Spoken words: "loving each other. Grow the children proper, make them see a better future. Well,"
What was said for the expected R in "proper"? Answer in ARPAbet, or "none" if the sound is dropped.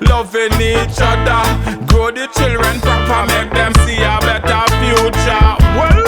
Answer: none